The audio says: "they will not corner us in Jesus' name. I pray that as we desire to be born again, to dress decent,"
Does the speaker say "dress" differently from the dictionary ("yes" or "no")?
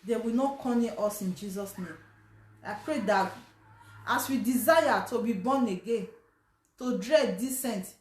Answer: yes